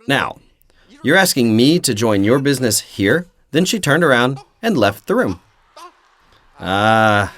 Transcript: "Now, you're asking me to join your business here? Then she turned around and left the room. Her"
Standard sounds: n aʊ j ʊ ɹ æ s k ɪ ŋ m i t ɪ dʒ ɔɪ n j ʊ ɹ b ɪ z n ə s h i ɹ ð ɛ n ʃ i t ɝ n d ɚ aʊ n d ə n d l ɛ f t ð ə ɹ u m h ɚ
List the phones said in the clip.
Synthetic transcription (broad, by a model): n aʊ j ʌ ɹ æ s k ɪ ŋ m i t ɪ dʒ ɔɪ n j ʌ ɹ b ɪ z n ə s h i ɹ ð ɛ n ʃ i t ɝ n d ɚ aʊ n d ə n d l ɛ f t ð ə ɹ u m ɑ